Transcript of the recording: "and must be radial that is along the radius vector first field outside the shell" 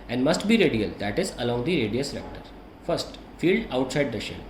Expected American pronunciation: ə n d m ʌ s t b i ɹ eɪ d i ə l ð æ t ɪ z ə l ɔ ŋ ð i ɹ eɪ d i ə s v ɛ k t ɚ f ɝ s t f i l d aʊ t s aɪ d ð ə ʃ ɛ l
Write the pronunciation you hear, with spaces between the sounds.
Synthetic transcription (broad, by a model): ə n d m ʌ s t b i ɹ eɪ d i ə l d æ t ɪ z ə l ɔ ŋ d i ɹ eɪ d i ə s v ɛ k t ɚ f ɝ s t f i l d aʊ t s aɪ d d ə ʃ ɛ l